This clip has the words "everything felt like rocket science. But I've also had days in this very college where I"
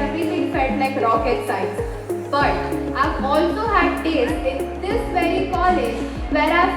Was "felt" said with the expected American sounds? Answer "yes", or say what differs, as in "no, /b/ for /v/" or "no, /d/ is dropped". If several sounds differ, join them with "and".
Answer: no, /l/ is dropped